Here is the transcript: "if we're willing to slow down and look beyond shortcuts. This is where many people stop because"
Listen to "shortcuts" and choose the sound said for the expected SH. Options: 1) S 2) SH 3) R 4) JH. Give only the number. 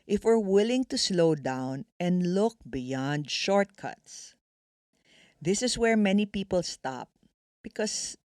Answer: 2